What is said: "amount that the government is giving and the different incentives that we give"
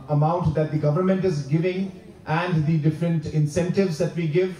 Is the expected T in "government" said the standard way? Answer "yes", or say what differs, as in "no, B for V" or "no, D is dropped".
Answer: yes